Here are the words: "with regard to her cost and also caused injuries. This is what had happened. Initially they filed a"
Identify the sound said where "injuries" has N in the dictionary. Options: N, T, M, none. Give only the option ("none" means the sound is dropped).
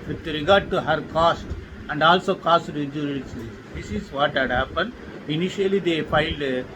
none